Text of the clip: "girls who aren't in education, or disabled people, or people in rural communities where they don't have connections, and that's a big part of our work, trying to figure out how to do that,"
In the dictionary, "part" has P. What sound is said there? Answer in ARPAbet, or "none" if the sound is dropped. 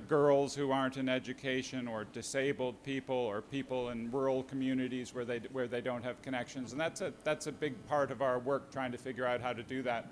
P